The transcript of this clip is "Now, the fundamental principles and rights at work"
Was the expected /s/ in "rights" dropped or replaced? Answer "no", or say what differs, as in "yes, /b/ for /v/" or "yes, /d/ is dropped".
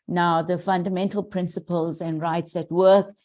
no